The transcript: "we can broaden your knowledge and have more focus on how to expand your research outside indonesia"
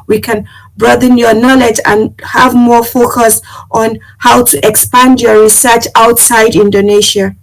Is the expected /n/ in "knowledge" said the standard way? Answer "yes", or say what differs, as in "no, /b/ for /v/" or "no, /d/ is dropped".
yes